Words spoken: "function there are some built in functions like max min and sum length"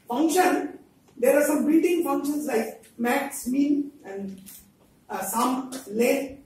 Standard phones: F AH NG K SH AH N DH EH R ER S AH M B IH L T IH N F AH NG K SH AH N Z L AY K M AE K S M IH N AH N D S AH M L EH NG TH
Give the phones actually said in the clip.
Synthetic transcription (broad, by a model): F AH NG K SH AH N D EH R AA S AH M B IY T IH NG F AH NG K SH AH N S L AY K M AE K S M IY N AH N D S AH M L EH